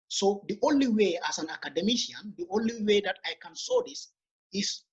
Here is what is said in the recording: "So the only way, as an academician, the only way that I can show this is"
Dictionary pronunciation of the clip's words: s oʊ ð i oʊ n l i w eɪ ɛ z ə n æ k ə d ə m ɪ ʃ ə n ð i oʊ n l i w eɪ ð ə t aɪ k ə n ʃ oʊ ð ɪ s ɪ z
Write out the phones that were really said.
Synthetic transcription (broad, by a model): s oʊ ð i oʊ n l i w eɪ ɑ s ə n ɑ k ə d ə m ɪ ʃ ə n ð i oʊ n l i w eɪ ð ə t aɪ k ə n s oʊ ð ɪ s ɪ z